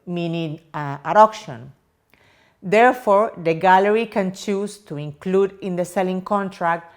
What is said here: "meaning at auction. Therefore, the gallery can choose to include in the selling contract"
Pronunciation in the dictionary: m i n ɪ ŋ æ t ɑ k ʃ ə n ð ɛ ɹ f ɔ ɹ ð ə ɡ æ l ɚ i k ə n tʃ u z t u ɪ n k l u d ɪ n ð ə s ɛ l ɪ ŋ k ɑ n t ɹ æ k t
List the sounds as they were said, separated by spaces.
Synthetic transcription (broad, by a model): m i n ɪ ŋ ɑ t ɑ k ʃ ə n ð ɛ ɹ f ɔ ɹ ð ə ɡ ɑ l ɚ i k ə n tʃ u s t u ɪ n k l u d ɪ n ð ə s ɛ l ɪ ŋ k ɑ n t ɹ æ k t